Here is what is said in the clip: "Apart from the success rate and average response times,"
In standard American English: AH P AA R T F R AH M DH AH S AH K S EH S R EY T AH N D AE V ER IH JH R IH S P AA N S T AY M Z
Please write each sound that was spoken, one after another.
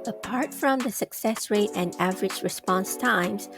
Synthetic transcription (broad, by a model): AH P AA R T F R AH M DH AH S AH K S EH S R EY T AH N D AE V ER IH JH R IH S P AA N S T AY M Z